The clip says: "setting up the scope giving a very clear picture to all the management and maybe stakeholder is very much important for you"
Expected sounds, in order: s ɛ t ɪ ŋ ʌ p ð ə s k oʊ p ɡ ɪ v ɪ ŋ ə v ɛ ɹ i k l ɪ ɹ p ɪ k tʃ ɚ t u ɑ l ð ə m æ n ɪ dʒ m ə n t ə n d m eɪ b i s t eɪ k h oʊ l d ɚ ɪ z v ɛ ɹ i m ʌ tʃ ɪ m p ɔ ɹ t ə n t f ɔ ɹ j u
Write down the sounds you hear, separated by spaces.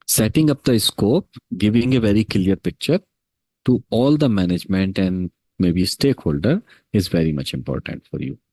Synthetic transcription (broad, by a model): s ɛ t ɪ ŋ ʌ p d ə s k oʊ p ɡ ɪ v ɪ ŋ ə v ɛ ɹ i k l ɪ ɹ p ɪ k tʃ ɚ t u ɑ l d ə m æ n ɪ dʒ m ə n t ə n d m eɪ b i s t eɪ k h oʊ l d ɚ ɪ z v ɛ ɹ i m ʌ tʃ ɪ m p ɔ ɹ t ə n t f ɔ ɹ j u